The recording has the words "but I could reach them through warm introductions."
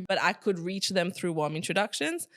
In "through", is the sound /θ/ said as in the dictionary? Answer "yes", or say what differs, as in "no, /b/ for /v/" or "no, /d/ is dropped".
yes